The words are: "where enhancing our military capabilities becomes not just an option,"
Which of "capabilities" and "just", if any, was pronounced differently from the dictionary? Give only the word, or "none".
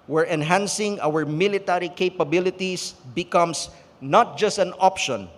capabilities